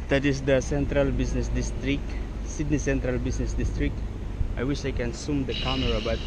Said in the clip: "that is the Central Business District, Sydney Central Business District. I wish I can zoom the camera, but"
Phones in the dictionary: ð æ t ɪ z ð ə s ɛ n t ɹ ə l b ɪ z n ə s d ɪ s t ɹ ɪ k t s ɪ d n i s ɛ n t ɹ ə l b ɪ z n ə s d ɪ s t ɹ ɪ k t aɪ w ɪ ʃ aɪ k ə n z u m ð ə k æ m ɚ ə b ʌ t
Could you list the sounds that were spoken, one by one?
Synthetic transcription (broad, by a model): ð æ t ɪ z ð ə s ɛ n t ɹ ə l b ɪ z n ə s d ɪ s t ɹ ɪ k t s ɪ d n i s ɛ n t ɹ ə l b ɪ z n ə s d ɪ s t ɹ ɪ k t aɪ w ɪ ʃ aɪ k ə n s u m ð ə k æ m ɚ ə b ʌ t